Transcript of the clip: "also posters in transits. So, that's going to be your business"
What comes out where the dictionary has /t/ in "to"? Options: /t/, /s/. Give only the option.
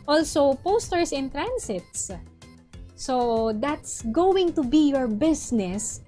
/t/